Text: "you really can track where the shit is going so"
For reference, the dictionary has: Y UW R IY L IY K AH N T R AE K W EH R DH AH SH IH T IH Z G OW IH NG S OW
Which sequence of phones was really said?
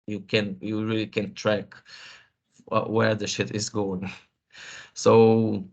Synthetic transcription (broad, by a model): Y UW R IY L IY K AH N T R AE K W EH R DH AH SH IH T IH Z G OW IH NG S OW